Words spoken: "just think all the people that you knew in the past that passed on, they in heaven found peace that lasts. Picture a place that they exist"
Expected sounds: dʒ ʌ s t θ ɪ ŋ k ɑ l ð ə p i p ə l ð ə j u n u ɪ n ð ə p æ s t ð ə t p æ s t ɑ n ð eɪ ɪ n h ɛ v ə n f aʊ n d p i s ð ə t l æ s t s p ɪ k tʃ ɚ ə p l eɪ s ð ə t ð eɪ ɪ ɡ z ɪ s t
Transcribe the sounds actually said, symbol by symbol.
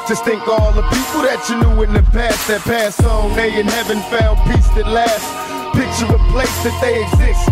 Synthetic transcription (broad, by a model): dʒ ʌ s t θ ɪ ŋ k ɑ l ð ə p i p l ð ə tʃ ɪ n u ɪ n ð ə p æ s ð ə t p æ s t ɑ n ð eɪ ɪ n h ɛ v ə n f aʊ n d p i s ð ə t l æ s s p ɪ k tʃ ɚ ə p l eɪ s ð ə t ð eɪ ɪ ɡ z ɪ s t